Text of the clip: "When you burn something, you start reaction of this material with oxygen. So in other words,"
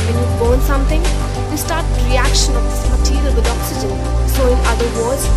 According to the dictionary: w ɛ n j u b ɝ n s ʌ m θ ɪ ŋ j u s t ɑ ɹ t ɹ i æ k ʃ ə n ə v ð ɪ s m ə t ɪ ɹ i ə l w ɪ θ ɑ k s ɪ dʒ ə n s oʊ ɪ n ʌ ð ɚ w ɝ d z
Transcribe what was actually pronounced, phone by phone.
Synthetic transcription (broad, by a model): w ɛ n j u b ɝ n s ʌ m t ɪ ŋ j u s t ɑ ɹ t ɹ i æ k ʃ ə n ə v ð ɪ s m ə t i l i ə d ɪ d ɑ k s ɪ dʒ ə n s oʊ ɪ n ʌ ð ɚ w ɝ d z